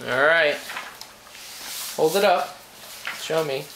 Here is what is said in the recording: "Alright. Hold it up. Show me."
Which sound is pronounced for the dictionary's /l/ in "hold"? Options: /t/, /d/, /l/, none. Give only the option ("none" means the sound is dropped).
/l/